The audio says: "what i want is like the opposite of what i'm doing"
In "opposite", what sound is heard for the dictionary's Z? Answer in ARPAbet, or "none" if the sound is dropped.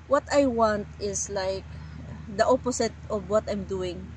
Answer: S